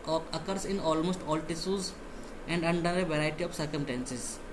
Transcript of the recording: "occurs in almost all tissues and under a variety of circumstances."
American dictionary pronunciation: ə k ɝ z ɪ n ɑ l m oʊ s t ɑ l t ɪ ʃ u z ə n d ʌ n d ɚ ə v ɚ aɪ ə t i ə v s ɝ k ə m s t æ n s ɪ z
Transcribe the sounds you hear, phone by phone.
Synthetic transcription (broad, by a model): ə k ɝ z ɪ n ɑ l m oʊ s t ɑ l t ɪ s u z ə n d ʌ n d ɚ ə v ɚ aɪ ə t i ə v s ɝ k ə m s t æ n s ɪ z